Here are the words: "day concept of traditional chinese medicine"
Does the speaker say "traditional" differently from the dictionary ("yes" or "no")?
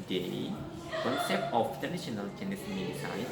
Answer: yes